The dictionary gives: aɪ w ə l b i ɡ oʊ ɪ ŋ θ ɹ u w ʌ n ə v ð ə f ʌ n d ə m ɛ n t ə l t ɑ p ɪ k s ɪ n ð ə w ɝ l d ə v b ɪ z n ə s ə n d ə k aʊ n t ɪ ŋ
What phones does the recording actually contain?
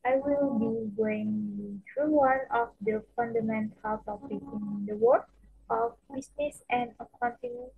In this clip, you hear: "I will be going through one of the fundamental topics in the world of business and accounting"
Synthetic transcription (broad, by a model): aɪ w ə l b i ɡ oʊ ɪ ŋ t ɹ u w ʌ n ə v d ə f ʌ n d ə m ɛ n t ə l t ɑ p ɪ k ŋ ɪ n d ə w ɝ d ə f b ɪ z n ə s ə n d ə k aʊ n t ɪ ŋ